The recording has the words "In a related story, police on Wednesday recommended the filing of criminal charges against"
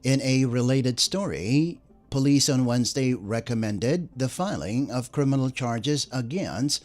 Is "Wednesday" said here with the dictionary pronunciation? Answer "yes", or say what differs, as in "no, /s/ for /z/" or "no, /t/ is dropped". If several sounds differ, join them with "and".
yes